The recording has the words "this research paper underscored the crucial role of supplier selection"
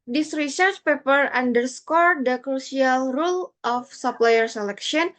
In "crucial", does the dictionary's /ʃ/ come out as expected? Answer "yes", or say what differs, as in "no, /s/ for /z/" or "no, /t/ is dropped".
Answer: no, /s/ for /ʃ/